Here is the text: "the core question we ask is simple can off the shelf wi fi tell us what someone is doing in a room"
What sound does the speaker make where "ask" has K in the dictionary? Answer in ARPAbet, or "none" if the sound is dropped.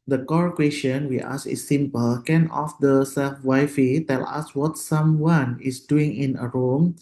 none